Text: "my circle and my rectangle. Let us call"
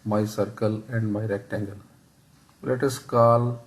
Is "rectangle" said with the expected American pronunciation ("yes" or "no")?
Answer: yes